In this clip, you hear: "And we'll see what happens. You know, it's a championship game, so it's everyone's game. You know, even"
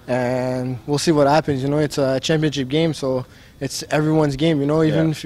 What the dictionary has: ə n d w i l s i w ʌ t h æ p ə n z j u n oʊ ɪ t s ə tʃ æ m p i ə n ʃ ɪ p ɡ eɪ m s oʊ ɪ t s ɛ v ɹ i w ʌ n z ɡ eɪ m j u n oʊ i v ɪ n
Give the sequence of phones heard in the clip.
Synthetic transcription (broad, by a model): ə n w i l s i w ʌ t h æ p ə n z j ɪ n oʊ ɪ t s ə tʃ æ m p i ə n ʃ ɪ p ɡ eɪ m s oʊ ɪ t s ɛ v ɹ i w ʌ n z ɡ eɪ m j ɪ n oʊ i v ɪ n